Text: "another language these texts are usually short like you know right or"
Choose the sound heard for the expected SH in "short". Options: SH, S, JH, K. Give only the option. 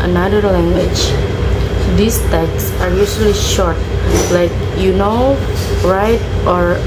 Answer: SH